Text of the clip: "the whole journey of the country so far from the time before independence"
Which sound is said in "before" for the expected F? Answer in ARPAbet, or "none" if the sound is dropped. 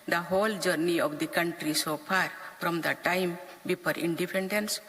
P